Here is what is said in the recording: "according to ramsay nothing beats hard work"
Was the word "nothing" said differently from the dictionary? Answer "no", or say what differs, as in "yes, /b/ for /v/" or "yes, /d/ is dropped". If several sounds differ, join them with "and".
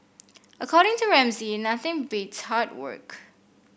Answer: no